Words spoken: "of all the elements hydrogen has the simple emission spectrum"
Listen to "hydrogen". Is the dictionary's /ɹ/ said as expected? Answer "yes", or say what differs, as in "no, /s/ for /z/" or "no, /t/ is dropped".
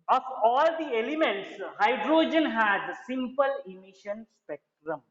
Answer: yes